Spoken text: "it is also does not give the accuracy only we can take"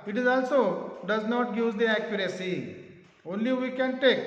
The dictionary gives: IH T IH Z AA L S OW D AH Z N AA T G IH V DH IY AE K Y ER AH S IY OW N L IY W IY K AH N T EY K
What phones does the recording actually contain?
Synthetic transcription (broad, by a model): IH T IH Z AA L S OW D AH Z N AA T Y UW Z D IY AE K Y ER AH S IY OW N L IY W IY K AH N T EY K